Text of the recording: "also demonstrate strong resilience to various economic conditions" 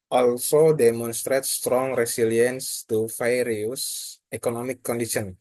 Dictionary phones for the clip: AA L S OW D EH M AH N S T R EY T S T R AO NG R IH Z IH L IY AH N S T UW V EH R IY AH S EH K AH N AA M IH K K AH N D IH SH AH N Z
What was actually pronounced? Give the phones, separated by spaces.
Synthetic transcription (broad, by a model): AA L S OW D EH M AH N S T R EY T S T R AO NG R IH S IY L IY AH N S T UW F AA R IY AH S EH K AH N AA M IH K K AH N D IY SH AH N